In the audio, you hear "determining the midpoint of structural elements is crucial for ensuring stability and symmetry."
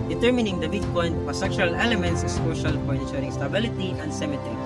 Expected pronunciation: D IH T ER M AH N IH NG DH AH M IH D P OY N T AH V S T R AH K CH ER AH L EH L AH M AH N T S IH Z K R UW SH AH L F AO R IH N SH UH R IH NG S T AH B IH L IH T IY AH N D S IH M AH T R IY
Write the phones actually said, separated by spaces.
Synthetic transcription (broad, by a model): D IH T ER M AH N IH NG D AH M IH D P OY N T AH S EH K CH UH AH L EH L AH M AH N T S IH S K AO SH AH L F AO R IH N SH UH R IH NG S T AH B IH L IH T IY AH N D S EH M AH T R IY